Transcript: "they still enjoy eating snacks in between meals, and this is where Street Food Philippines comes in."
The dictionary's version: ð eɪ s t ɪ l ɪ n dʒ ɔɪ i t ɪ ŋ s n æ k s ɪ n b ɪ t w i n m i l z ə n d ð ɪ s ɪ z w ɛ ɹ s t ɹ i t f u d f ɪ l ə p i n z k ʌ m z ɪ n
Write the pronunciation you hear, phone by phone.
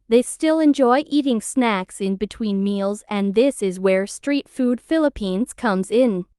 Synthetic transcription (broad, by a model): ð eɪ s t ɪ l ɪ n dʒ ɔɪ i t ɪ ŋ s n æ k s ɪ n b ɪ t w i n m i l z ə n ð ɪ s ɪ z w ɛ ɹ s t ɹ i t f u d f ɪ l ə p i n z k ʌ m z ɪ n